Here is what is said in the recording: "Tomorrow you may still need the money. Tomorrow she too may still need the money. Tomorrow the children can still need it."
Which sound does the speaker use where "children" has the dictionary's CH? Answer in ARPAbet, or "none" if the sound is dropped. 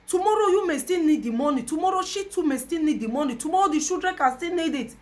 SH